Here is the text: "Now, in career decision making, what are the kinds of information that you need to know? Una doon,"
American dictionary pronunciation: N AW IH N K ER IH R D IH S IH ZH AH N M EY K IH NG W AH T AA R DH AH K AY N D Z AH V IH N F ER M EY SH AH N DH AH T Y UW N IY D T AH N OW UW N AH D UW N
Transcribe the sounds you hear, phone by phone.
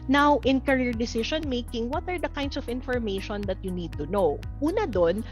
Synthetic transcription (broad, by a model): N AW IH N K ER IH R D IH S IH SH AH N M EY K IH NG W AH T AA R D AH K AY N D S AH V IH N F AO M EY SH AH N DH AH T Y UW N IY D T AH N OW UW N AH D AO N